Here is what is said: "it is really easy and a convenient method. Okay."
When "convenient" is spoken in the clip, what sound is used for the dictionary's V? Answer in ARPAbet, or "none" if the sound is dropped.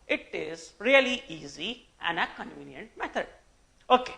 V